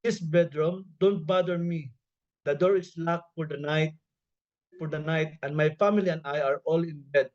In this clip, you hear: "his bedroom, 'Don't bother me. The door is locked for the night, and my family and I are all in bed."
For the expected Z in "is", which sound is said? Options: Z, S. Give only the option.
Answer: S